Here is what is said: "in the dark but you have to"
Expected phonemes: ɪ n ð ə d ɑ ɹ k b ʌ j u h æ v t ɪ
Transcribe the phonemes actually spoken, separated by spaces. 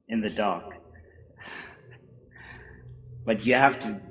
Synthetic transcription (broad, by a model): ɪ n ð ə d ɑ ɹ k b ʌ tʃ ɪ h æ f t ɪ